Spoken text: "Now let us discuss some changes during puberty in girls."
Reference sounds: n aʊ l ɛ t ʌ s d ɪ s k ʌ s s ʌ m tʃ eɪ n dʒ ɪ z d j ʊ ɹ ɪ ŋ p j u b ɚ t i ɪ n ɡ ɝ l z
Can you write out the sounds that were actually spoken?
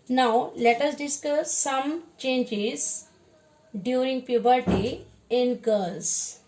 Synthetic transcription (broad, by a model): n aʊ l ɛ t ʌ s d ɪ s k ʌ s s ʌ m tʃ eɪ n dʒ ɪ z d j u ɹ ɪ ŋ p j u b ɚ t i ɪ n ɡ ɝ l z